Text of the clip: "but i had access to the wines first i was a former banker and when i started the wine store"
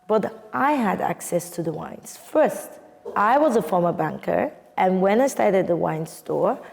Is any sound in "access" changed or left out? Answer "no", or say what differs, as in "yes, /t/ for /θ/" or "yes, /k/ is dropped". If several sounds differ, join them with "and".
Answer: no